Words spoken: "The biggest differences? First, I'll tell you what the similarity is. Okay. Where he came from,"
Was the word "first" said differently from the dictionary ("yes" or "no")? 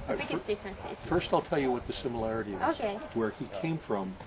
no